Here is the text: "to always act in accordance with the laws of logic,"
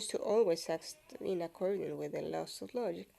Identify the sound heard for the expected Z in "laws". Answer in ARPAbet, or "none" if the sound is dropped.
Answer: S